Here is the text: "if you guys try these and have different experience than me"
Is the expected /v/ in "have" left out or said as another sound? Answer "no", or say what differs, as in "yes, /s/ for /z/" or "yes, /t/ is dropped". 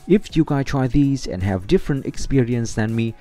no